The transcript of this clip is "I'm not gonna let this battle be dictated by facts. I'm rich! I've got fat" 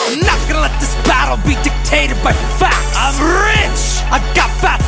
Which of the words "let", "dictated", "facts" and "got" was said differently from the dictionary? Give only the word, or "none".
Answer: facts